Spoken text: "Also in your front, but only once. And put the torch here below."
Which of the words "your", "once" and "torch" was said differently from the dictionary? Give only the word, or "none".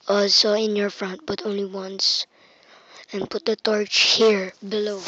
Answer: none